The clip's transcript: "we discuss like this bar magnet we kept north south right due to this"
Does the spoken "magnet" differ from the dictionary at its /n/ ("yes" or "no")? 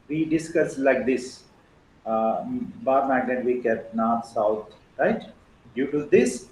yes